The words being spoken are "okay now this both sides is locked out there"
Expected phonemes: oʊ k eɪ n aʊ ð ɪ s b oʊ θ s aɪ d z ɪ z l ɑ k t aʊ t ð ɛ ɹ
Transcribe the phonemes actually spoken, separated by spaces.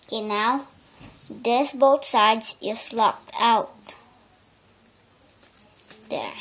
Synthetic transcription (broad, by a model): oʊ k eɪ n aʊ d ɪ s b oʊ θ s aɪ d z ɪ s l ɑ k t aʊ t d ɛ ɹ